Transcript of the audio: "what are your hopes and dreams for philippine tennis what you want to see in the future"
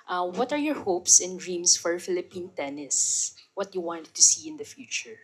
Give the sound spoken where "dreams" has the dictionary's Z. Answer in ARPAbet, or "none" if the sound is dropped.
S